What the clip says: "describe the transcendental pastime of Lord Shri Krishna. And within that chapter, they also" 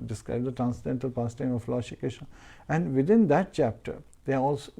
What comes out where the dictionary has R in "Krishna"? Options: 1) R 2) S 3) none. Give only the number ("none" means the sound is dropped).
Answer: 3